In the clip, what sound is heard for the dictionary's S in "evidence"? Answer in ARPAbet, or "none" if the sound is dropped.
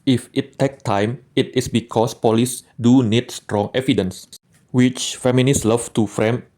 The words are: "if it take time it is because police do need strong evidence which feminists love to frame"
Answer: S